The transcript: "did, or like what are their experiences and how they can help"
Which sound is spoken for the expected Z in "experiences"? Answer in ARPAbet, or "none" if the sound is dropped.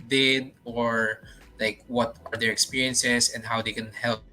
S